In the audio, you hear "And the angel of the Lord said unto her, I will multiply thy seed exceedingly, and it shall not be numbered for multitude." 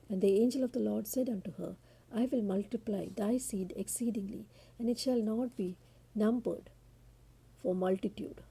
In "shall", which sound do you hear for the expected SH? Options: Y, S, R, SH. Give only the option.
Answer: SH